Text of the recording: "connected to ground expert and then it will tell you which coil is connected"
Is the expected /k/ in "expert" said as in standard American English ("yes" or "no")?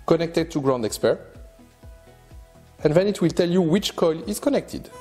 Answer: yes